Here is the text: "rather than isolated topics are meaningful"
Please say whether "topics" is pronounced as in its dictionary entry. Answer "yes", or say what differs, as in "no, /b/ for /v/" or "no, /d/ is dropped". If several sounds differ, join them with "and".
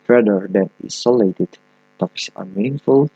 no, /k/ is dropped